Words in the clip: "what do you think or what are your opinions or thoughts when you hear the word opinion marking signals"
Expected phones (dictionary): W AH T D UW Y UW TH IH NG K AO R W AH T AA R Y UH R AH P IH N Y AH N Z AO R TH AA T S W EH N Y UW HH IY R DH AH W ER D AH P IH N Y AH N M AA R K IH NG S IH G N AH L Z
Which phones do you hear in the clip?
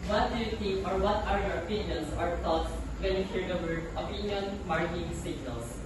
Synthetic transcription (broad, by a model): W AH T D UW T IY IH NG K AO R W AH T AA R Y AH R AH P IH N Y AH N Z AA R T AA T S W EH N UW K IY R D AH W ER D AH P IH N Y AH N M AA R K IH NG S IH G N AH L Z